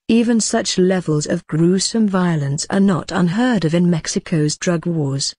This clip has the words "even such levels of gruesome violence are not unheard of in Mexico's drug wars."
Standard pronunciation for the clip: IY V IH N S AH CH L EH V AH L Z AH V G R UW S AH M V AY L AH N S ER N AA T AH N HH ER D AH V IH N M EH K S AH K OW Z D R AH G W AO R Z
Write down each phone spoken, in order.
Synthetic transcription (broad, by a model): IY V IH N S AH CH L EH V AH L Z AH V G R UW S AH M V AY L AH N S ER N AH T AH N HH ER D AH V IH N M EH K S AH K OW Z D R AH G W AO R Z